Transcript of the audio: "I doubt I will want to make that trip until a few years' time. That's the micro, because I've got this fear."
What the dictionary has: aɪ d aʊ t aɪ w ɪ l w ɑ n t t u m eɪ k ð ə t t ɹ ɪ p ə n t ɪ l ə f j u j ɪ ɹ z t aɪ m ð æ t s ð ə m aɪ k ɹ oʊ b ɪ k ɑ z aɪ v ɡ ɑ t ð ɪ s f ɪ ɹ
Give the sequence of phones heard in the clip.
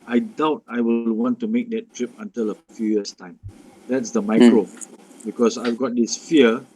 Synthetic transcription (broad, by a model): aɪ d aʊ t aɪ w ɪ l w ɑ n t t u m eɪ k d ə t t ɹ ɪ p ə n t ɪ l ə f j u j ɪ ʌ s t aɪ m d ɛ t s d ə m aɪ k ɹ oʊ b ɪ k ɑ s aɪ v ɡ ɑ t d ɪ s f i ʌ